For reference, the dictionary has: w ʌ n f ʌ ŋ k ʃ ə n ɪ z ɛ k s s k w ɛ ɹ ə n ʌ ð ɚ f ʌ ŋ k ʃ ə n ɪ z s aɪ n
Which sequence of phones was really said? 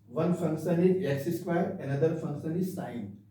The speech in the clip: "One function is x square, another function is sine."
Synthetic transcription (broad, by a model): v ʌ n f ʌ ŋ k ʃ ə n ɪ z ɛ s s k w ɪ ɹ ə n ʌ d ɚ f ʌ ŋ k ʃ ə n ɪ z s aɪ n